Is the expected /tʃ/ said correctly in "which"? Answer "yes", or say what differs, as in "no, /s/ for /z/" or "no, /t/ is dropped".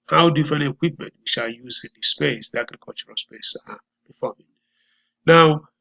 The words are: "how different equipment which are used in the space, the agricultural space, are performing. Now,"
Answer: no, /ʃ/ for /tʃ/